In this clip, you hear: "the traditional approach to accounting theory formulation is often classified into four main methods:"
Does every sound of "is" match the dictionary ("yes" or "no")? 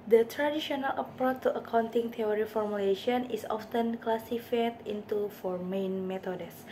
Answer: no